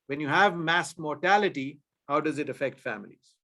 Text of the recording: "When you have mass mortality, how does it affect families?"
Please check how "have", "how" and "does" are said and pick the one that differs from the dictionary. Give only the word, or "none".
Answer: none